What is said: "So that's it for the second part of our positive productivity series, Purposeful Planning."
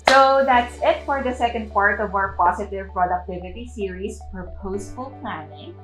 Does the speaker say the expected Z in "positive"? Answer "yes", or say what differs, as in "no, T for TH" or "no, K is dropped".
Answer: no, S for Z